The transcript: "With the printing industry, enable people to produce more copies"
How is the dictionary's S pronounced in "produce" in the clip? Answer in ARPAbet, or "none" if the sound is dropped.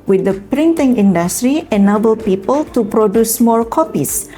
S